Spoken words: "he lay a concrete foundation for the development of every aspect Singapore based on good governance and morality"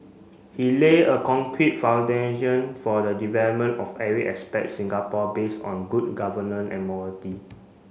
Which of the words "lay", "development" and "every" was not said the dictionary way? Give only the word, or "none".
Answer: every